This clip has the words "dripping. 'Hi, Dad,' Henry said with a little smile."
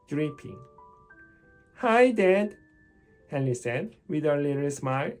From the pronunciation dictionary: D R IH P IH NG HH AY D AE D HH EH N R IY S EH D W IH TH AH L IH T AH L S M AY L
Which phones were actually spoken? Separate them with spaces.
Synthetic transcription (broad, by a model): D R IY P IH NG HH AY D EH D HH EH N IY S EH D W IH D AH L IH T AH L S M AY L